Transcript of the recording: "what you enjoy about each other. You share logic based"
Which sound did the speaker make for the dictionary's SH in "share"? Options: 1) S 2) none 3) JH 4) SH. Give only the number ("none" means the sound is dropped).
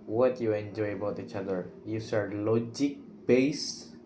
1